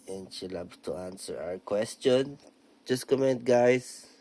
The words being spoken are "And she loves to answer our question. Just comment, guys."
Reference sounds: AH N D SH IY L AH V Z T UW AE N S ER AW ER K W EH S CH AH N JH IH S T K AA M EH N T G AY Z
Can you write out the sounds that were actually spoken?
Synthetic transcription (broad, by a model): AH N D SH IY L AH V T UW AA N S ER AW ER K W EH S CH AH N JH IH S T K AA M EH N T G AY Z